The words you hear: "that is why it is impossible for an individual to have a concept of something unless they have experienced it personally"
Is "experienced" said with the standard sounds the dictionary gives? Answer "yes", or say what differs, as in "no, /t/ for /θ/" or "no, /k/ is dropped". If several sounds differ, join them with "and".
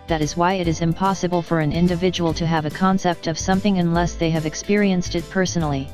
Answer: yes